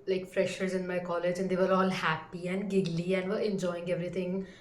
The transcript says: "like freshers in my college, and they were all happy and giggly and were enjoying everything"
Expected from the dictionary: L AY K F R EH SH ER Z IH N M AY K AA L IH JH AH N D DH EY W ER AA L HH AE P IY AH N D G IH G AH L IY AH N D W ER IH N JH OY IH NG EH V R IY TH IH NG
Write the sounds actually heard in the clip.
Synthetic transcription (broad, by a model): L AY K F R EH SH ER Z IH N M AY K AA L IH JH AH N D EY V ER AA L HH AE P IY AH N D G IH G L IY AH N D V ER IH N JH OY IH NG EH V R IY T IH NG